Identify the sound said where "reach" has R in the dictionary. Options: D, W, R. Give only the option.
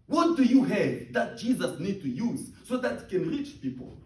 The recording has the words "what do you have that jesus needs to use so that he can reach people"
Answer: R